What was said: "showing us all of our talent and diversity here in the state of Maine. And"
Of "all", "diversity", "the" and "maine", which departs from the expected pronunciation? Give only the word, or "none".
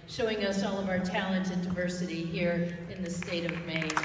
maine